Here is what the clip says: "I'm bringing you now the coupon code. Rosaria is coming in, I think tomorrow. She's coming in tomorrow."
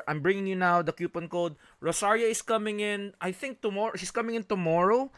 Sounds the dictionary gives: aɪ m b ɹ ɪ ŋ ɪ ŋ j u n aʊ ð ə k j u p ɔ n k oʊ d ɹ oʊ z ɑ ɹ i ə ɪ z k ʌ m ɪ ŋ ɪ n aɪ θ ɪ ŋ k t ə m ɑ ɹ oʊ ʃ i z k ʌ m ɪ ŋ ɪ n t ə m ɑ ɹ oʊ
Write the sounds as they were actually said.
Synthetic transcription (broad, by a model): aɪ m b ɹ ɪ ŋ ɪ ŋ j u n aʊ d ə k j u p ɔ n k oʊ d ɹ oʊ s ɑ ɹ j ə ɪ s k ʌ m ɪ ŋ ɪ n aɪ θ ɪ ŋ k t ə m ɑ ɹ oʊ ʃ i s k ʌ m ɪ ŋ ɪ n t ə m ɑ ɹ oʊ